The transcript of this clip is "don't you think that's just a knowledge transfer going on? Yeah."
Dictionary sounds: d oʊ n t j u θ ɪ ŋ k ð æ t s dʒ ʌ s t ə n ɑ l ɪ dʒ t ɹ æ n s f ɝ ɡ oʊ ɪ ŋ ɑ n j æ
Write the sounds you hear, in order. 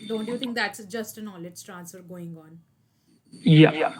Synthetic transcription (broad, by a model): d oʊ n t j u t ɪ ŋ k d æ t s dʒ ʌ s t ə n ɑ l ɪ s t ɹ æ n s f ɝ ɡ oʊ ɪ ŋ ɑ n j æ